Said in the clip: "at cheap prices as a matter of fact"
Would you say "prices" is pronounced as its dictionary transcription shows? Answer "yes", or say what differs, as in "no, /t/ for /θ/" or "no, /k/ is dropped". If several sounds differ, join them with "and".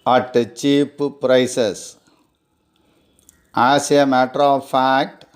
no, /s/ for /z/